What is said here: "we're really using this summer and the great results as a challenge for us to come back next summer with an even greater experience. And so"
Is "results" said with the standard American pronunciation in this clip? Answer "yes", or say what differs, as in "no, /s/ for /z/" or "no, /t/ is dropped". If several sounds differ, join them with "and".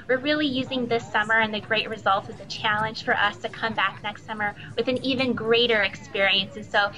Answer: no, /s/ is dropped